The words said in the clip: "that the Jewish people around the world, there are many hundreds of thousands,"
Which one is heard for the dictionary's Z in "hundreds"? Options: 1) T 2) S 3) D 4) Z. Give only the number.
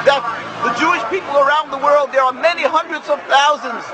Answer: 4